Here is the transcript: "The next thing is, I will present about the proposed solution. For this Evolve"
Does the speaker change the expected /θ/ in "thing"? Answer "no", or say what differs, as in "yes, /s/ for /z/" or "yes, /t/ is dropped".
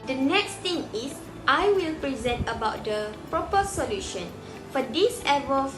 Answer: yes, /t/ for /θ/